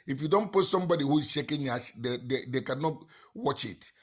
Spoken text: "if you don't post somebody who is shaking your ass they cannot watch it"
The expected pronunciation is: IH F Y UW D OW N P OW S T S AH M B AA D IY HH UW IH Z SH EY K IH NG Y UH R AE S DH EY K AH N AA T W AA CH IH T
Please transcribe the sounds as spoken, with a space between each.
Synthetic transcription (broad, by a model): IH F Y UW D OW N P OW T S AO M B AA D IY HH UW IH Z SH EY K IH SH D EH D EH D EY K AH N AA T W AA CH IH T